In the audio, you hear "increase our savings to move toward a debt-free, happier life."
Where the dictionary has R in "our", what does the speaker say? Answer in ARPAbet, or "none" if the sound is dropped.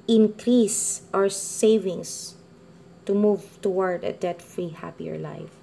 W